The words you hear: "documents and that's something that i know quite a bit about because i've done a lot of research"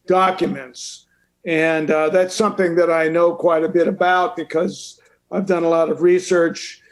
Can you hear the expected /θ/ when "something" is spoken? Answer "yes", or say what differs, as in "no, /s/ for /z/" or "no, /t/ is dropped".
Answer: yes